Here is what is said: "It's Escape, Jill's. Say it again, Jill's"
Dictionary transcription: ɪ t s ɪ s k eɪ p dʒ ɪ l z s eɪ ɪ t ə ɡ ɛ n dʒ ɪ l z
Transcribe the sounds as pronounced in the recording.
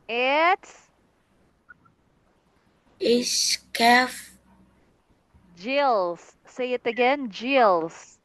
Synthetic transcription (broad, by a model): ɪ t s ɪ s k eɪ f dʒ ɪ l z s eɪ ɪ t ə ɡ ɛ n dʒ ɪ l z